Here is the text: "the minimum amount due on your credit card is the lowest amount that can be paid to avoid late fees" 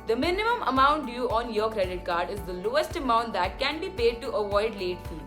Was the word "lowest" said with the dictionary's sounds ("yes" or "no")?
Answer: yes